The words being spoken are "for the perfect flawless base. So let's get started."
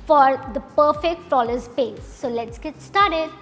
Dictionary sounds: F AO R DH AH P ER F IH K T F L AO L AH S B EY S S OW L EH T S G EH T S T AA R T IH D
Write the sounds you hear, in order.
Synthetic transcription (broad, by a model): F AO R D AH P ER F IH K T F AO L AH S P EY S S OW L EH T S G EH T S T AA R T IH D